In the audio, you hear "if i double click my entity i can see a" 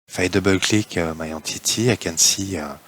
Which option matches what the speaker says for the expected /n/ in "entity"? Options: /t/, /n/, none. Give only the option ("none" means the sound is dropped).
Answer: none